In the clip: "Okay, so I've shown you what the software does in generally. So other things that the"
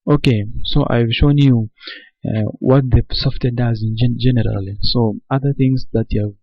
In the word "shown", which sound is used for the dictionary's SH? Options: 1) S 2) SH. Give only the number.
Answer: 2